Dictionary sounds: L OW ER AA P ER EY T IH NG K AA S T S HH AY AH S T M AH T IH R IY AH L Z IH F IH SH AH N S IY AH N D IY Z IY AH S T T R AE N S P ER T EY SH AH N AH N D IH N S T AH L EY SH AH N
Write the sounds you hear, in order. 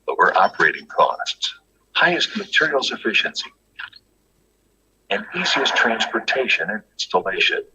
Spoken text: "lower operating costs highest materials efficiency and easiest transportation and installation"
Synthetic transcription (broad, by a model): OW ER AA P ER EY T IH NG K AA S T S HH AY AH S T M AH T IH R IY L S IH F IH SH AH N S IY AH N IY Z IY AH S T T R AE N S P ER T EY SH AH N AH N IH N S T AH L EY SH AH N